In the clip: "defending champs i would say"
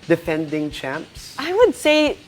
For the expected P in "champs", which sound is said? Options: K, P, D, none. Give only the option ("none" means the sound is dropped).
P